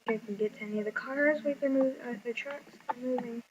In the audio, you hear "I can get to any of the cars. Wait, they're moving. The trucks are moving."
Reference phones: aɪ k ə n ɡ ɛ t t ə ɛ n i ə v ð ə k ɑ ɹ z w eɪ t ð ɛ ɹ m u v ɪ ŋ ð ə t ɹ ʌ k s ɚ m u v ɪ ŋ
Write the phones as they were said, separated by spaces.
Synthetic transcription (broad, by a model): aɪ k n ɡ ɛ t t ɛ n i ə v ð ə k ɑ ɹ z w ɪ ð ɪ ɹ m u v ð ə t ɹ ʌ k s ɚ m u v ɪ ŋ